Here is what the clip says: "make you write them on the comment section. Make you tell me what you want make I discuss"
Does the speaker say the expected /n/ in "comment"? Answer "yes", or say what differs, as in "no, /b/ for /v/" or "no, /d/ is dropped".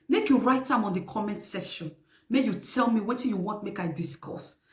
yes